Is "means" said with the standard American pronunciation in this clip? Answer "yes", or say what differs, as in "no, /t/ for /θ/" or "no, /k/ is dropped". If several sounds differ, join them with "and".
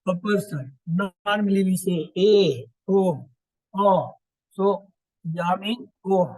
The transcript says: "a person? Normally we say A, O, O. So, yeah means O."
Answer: no, /z/ is dropped